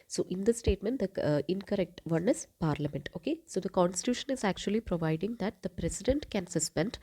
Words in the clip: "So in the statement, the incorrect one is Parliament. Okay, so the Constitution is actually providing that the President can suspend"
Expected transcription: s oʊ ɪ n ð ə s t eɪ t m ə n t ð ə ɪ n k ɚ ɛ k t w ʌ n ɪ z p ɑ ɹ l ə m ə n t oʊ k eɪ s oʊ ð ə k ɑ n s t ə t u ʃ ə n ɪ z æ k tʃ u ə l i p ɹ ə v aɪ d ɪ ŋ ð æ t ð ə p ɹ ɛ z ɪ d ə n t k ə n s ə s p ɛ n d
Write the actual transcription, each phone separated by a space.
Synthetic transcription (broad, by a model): s oʊ ɪ n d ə s t eɪ t m ə n t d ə ɪ n k ɚ ɛ k t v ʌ n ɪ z p ɑ ɹ l ə m ə n t oʊ k eɪ s oʊ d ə k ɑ n s t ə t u ʃ ə n ɪ z æ k tʃ u ə l i p ɹ ə v aɪ d ɪ ŋ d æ t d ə p ɹ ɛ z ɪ d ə n t k ə n s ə s p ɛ n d